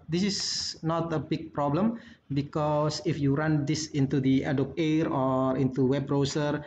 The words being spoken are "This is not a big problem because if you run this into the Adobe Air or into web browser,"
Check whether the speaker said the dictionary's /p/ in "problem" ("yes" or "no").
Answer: yes